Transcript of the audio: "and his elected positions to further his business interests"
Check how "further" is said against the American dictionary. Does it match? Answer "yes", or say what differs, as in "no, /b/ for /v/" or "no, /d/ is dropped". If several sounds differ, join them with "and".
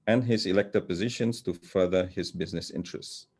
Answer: yes